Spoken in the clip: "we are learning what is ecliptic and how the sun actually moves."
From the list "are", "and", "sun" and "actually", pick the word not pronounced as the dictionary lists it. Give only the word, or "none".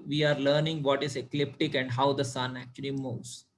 none